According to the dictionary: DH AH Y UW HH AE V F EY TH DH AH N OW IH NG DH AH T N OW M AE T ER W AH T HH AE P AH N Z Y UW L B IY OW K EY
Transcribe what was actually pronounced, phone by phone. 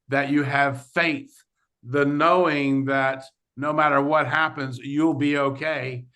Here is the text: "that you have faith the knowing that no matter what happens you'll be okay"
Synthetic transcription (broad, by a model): DH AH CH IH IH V F EY TH DH AH N OW IH NG DH AH T N OW M AE T ER W AH T HH AE P AH N Z Y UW L B IY OW K EY